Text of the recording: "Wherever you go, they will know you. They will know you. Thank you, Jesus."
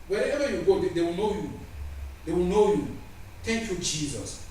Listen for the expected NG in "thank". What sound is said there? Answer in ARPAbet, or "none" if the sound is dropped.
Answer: none